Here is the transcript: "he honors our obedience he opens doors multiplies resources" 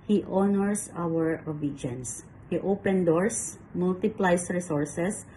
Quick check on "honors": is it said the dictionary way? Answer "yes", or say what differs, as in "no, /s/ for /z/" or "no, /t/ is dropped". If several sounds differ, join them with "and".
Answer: no, /s/ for /z/